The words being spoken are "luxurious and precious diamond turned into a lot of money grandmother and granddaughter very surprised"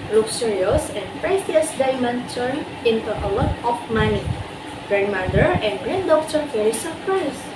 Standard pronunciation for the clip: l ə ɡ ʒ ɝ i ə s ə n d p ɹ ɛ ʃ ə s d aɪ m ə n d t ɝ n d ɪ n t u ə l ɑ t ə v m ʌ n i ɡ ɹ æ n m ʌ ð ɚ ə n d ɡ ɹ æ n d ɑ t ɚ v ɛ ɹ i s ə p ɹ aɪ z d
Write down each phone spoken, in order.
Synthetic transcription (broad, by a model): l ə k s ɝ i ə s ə n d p ɹ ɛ s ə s d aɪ m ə n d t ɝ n ɪ n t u ə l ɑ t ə f m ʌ n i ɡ ɹ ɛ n m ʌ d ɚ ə n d ɡ ɹ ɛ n d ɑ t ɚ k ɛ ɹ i s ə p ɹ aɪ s